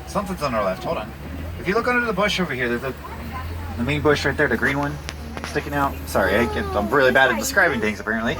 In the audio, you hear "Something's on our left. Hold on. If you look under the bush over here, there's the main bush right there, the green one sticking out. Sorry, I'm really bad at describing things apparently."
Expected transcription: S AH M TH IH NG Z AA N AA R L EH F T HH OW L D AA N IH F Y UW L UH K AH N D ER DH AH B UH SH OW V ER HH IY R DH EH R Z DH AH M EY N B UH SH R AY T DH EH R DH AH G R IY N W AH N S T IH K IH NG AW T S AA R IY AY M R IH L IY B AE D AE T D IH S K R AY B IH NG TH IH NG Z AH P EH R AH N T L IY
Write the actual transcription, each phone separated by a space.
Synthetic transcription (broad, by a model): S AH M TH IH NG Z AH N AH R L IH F T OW D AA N IH F Y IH L UH K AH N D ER DH AH B UH SH OW V ER HH IY R DH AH R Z DH AH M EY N B UH SH R AY T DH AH R DH AH G R IY N W AH N S T IH K IH NG AW T S AA R IY AY M R IH L IY B AE D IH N D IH S K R AY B IH NG TH IH NG Z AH P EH R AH N T L IY